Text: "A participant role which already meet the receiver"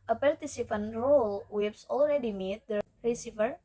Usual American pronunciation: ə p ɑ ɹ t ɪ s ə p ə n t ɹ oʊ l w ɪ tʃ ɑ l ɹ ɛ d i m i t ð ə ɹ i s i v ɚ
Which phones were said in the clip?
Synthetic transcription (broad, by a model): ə p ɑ ɹ t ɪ s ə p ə n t ɹ oʊ l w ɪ s ɑ l ɹ ɛ d i m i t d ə ɹ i s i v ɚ